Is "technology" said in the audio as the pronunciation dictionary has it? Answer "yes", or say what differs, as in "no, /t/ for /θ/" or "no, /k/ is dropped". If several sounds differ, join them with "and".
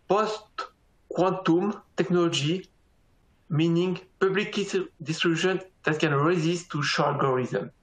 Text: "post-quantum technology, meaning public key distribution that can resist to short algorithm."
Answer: yes